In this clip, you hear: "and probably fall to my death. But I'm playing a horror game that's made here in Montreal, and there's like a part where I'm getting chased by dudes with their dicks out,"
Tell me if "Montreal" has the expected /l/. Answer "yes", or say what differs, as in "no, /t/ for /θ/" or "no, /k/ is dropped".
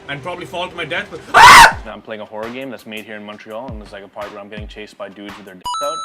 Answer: yes